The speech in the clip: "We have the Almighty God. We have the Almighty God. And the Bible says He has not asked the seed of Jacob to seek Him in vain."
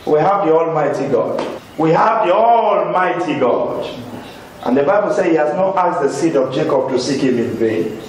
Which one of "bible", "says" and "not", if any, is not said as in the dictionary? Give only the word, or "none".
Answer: says